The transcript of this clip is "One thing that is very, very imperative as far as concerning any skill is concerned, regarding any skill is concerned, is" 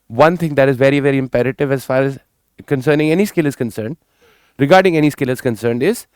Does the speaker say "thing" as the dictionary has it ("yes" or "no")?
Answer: no